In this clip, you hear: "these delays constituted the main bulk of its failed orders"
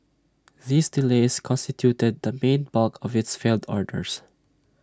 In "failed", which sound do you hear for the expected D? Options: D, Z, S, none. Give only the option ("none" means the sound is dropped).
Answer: D